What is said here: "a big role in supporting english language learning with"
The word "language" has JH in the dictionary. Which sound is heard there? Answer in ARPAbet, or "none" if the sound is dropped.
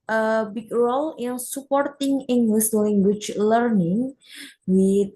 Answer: CH